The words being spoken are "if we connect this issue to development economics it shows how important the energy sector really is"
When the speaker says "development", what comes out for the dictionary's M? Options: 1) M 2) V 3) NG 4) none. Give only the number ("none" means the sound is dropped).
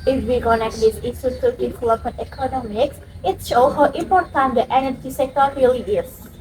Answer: 4